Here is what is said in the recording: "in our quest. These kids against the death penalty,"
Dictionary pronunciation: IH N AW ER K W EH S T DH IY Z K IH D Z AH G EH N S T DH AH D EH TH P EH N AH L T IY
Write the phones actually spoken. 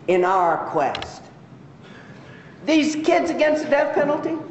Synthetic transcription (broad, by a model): IH N AW ER K W EH S T DH IY Z K IH D Z AH G EH N S T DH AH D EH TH P EH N L T IY